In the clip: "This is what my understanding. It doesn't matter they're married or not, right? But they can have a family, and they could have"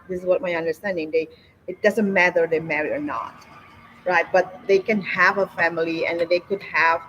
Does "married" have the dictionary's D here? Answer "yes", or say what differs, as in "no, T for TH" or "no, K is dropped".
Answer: no, D is dropped